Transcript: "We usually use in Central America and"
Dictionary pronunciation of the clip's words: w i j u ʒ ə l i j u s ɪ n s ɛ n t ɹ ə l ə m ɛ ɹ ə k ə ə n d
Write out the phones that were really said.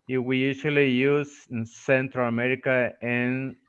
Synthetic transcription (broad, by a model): w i j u s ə l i j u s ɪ n s ɛ n t ɹ ə l ə m ɛ ɹ ə k ə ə n